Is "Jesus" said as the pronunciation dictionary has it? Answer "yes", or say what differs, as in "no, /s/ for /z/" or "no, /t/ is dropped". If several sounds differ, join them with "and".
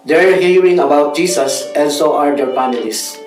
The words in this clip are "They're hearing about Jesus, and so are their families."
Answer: no, /s/ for /z/